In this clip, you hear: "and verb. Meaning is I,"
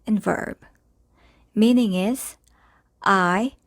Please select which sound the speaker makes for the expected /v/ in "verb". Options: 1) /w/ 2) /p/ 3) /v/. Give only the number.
3